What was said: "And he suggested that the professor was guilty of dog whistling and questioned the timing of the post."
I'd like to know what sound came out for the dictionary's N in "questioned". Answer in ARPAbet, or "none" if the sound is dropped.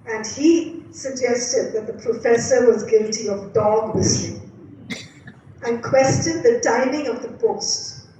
none